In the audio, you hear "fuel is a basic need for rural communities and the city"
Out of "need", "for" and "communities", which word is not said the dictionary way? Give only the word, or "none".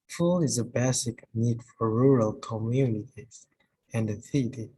none